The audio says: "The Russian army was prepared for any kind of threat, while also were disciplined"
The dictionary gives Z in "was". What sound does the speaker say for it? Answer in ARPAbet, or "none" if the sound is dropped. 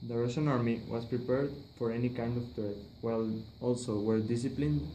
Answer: S